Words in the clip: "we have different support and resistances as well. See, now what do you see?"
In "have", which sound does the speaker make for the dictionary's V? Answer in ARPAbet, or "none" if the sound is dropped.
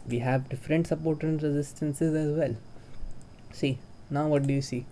V